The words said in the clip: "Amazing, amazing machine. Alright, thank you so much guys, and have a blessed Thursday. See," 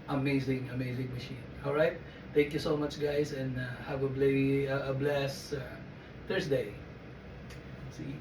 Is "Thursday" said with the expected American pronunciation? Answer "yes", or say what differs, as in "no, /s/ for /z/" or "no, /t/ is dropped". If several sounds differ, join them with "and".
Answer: no, /s/ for /z/